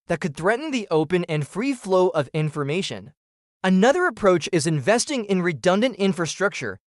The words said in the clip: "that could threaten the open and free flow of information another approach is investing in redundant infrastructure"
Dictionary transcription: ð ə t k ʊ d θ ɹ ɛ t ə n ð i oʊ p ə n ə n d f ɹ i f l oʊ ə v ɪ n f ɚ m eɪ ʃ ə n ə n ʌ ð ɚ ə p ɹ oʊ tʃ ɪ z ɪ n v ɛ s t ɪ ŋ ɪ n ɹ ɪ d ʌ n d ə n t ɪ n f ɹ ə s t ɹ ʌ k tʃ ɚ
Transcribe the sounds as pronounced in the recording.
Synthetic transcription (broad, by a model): ð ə t k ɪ d θ ɹ ɛ t n ð i oʊ p ə n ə n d f ɹ i f l oʊ ə v ɪ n f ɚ m eɪ ʃ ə n ə n ʌ ð ɚ ə p ɹ oʊ tʃ ɪ z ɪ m v ɛ s t ɪ ŋ ɪ n ɹ ɪ d ʌ n d ə n t ɪ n f ɹ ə s t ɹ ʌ k tʃ ɚ